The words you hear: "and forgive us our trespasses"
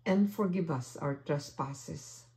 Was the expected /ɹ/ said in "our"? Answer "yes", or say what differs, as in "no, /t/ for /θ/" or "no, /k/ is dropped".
no, /w/ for /ɹ/